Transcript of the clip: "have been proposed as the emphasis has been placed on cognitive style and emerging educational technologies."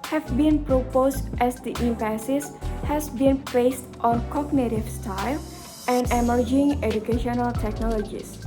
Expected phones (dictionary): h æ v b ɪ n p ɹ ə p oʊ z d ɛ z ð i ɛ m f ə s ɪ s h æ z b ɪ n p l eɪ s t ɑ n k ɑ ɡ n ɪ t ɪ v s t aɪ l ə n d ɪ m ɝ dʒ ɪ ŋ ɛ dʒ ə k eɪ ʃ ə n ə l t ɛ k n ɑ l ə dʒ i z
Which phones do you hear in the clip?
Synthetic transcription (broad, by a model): h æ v b ɪ n p ɹ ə p oʊ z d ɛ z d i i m p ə s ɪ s h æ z b ɪ n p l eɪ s t ɑ n k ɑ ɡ n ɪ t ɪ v s t aɪ l ə n d ɪ m ɝ dʒ ɪ ŋ ɛ dʒ ə k eɪ ʃ ə n ə l t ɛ k n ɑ l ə dʒ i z